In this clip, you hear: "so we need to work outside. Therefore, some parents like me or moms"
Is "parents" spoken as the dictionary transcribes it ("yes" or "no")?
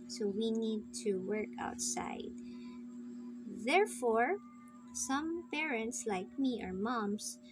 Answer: yes